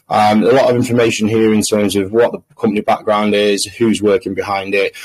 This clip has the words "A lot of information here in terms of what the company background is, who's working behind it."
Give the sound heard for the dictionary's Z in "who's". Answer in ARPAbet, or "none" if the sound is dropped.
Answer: Z